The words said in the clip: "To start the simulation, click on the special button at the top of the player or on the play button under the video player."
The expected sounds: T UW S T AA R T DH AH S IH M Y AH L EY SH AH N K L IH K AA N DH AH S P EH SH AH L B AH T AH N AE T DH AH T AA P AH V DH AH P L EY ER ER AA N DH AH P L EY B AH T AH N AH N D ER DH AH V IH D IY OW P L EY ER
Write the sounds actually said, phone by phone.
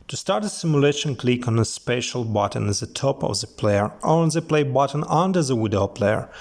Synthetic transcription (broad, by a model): T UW S T AA R T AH S IH M Y AH L EY SH AH N K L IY K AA N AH S P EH SH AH L B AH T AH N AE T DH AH T AA P AH V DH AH P L EY ER ER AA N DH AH P L EY B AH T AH N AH N D ER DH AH W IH D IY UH P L EY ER